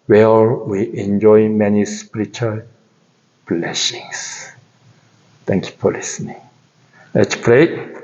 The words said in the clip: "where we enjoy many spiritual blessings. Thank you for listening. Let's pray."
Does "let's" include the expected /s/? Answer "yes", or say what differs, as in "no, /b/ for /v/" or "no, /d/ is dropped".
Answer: no, /s/ is dropped